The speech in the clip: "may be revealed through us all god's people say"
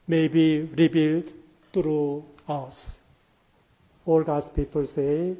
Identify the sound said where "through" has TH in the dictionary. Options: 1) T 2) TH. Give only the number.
1